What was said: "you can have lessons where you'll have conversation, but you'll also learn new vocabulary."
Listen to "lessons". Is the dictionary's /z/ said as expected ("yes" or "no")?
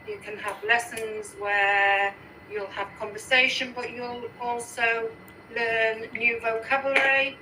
yes